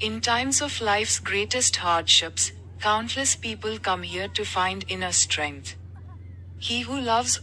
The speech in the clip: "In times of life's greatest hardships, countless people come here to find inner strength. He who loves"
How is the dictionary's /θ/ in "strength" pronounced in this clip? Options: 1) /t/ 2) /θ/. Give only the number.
1